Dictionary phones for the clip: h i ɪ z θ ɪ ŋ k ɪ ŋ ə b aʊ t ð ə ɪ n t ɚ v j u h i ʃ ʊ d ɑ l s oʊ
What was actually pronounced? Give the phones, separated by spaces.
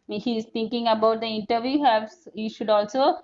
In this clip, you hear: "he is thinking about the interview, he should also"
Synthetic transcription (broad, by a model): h i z t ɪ ŋ k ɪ ŋ ə b aʊ t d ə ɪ n t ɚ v j u h i ʃ ʊ d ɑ l s oʊ